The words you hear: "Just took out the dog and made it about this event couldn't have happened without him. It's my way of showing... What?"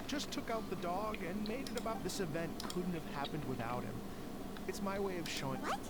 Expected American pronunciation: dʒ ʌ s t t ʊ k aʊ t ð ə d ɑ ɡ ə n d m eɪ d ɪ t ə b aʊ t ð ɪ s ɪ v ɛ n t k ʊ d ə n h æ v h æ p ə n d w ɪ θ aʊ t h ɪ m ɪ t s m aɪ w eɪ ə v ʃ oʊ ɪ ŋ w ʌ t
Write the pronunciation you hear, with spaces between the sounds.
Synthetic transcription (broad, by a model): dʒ ʌ s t t ʊ k aʊ t ð ə d ɑ ɡ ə n m eɪ d ɪ t ə b aʊ t ð ɪ s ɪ v ɛ n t k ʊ d n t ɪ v h æ p ə n d w ɪ θ aʊ t h ɪ m ɪ t s m aɪ w eɪ ə v ʃ oʊ ɪ ŋ